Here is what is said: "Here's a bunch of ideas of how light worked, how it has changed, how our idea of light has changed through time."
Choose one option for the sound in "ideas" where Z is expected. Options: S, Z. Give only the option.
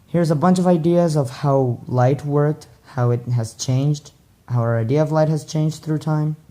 Z